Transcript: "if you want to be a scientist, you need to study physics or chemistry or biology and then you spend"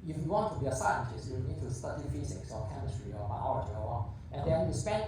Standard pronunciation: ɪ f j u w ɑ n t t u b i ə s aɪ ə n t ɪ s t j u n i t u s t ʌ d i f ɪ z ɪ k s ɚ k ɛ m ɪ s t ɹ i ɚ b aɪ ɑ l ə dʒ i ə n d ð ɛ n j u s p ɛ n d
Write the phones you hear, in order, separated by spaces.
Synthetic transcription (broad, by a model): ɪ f j u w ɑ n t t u b i ə s aɪ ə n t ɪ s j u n t u s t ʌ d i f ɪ s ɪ k s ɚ k ɛ m ɪ s t ɹ i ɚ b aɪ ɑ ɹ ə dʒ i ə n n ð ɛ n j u s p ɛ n